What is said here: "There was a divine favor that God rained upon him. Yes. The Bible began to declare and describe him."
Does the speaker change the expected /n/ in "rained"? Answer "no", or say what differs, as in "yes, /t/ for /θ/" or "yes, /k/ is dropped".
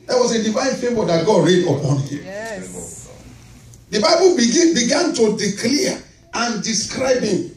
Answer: yes, /n/ is dropped